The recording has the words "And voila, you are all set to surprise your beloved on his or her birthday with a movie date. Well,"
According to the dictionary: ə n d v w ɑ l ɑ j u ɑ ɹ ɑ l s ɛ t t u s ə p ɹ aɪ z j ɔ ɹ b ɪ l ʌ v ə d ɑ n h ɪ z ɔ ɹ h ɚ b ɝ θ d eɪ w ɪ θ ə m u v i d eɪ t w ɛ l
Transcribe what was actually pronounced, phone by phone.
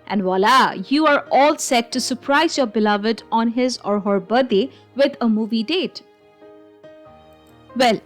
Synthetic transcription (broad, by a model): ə n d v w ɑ l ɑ j u ɑ ɹ ɑ l s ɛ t t u s ə p ɹ aɪ z j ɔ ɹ b ɪ l ʌ v ə d ɑ n h ɪ z ɔ ɹ h ɚ b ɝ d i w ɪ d ə m u v i d eɪ t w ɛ l